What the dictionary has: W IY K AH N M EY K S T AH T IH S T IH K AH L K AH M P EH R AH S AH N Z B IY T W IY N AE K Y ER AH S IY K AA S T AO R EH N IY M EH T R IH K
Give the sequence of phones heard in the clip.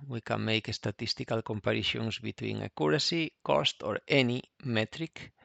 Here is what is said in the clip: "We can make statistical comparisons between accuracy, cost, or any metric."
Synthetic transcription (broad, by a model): W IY K AH N M EY K S T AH T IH S T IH K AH L K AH M P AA R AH SH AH N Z B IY T W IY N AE K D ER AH S IY K AA S T AO R EH N IY M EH T R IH K